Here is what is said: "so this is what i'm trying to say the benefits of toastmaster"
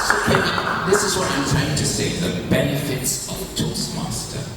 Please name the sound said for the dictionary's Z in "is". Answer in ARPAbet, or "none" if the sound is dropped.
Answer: Z